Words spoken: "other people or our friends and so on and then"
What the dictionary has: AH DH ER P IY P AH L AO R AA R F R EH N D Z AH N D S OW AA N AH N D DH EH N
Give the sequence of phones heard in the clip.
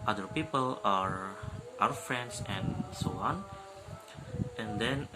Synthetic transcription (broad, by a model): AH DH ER P IY P AH L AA R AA W F R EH N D S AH N S OW AA N AH N D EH N